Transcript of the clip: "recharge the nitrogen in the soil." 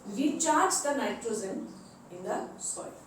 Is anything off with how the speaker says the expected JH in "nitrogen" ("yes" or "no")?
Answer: yes